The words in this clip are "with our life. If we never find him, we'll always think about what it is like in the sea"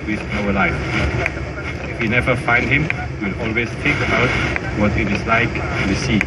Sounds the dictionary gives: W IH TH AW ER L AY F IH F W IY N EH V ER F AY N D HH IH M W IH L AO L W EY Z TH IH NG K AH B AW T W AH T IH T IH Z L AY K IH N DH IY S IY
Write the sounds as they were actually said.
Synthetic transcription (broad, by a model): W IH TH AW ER L AY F IH F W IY N EH V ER F AY N D HH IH M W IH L AO L W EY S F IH K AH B AW T W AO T IH T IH S L AY K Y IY S IY